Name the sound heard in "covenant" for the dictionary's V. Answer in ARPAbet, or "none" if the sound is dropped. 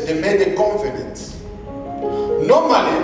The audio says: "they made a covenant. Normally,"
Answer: F